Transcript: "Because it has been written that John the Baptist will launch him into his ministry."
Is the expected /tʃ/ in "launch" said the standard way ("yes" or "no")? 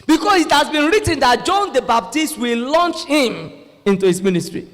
yes